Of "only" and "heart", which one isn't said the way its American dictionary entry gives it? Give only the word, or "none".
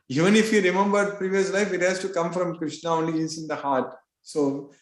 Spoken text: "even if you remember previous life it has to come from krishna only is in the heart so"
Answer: none